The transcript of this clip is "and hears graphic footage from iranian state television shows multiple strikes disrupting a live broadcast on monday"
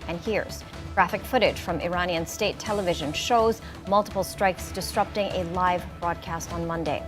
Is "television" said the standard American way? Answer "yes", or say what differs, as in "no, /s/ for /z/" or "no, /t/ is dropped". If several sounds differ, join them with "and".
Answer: yes